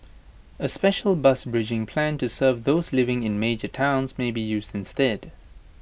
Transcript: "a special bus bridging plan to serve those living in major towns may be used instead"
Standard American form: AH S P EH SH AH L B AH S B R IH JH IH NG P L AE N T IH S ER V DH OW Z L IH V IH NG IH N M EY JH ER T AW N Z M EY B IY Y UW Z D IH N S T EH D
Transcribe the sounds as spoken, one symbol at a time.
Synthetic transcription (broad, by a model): AH S P EH SH AH L B AH S B R IH JH IH NG P L AE N T IH S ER V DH OW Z L IH V IH NG IH N M EY JH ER T AW N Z M EY B IY Y UW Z D IH N S T EH D